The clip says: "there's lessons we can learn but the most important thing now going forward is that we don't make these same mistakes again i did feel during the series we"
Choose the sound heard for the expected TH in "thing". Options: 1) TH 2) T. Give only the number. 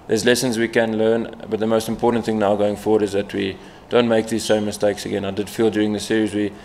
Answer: 1